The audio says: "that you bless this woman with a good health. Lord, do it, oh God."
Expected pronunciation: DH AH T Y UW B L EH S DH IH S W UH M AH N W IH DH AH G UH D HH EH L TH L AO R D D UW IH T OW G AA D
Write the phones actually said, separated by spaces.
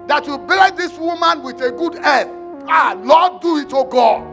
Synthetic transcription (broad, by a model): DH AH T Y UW B EH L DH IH S W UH M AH N W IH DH AH G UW D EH TH L AO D D UW IH T OW G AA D